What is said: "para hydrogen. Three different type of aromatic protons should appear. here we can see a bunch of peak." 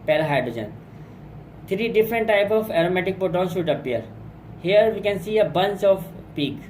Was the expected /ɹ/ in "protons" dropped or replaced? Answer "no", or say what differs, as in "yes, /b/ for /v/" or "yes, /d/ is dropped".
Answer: yes, /ɹ/ is dropped